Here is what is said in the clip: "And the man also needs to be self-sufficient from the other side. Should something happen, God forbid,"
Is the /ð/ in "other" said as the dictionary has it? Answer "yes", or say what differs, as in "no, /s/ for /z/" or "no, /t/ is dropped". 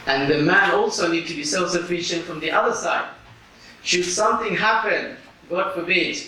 yes